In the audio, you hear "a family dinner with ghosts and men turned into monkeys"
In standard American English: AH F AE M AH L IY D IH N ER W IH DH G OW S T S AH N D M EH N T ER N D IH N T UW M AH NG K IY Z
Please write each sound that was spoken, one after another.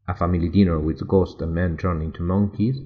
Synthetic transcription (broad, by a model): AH F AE M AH L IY D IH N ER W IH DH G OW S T AH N M EH N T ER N IH N T UW M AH NG K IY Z